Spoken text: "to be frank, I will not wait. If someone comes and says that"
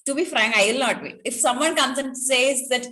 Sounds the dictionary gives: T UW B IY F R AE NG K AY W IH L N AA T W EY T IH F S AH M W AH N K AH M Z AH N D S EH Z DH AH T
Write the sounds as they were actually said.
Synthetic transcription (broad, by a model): T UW B IY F R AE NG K AY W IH L N AA T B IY IH F S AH M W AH N K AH M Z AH N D S EH Z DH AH T